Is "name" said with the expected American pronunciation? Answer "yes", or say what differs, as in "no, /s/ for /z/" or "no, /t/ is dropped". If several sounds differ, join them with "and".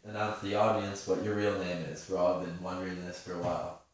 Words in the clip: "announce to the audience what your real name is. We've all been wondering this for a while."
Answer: yes